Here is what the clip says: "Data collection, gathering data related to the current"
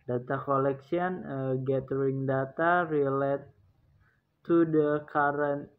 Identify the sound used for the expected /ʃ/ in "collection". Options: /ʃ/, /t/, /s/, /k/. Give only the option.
/s/